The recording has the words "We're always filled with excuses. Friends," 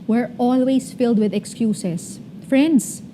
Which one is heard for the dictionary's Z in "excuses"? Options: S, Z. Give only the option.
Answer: S